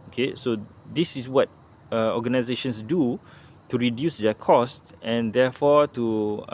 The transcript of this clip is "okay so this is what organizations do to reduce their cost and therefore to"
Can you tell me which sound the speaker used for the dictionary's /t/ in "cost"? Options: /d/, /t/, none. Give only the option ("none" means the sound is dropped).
/t/